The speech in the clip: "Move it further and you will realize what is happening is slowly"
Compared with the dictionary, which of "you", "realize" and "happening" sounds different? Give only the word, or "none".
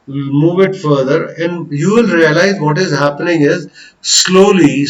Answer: none